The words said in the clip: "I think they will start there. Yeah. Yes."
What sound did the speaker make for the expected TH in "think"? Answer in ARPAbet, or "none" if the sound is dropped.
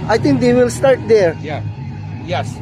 T